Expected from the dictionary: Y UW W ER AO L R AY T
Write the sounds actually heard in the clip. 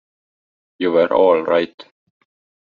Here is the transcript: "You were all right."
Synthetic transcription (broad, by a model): Y UW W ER AO L R AY T